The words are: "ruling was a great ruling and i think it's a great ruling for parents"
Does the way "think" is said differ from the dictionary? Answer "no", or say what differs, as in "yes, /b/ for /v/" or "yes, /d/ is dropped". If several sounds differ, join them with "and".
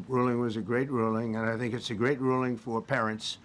no